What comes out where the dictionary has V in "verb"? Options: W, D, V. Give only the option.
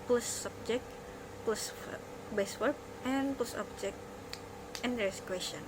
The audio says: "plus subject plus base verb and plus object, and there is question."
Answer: W